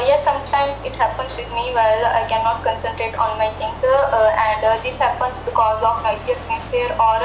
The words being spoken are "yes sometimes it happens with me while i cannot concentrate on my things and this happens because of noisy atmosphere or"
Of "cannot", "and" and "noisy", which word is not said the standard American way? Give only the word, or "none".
noisy